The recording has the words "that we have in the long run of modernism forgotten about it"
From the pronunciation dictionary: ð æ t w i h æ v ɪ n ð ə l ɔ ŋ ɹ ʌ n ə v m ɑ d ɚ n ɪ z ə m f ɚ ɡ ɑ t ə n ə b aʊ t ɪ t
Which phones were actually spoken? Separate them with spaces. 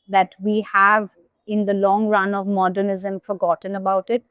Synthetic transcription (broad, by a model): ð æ t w i h æ v ɪ n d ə l ɔ ŋ ɹ ʌ n ə v m ɑ d ɚ n ɪ z ə m f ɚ ɡ ɑ t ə n ə b aʊ t ɪ t